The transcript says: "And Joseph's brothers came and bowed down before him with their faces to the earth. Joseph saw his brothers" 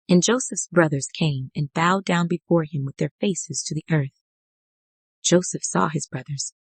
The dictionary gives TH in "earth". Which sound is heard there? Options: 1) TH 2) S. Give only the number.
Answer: 1